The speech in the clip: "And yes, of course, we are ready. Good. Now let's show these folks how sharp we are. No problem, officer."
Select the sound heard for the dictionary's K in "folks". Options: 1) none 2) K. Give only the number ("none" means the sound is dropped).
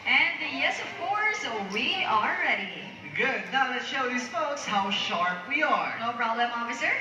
2